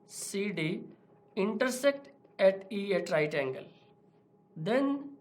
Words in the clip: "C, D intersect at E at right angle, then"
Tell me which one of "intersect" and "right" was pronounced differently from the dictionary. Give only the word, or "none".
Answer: none